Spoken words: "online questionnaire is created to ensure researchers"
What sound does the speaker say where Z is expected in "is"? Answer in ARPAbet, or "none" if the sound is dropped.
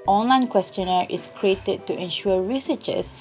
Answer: S